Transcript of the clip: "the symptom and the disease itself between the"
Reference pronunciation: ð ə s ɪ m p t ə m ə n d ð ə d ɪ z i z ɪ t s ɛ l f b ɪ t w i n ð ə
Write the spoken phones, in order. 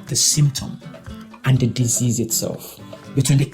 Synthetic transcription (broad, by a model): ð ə s ɪ m p t ə m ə n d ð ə d ɪ z i z ɪ t s ɛ l f b ɪ t w i n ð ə